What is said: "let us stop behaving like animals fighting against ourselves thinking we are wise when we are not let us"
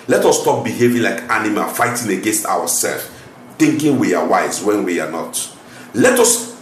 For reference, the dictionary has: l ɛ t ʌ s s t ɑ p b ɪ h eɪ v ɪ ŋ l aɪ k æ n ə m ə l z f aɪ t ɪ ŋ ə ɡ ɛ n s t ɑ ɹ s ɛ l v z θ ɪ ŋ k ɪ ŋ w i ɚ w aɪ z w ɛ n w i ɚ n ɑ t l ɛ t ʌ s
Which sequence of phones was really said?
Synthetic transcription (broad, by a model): l ɛ t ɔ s s t ɑ p b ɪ h eɪ v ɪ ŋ l aɪ k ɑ n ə m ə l f aɪ t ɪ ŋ ə ɡ ɛ n s t ɑ w s ɛ l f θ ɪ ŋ k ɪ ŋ w i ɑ w aɪ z w ɛ n w i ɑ n ɑ t l ɛ t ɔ s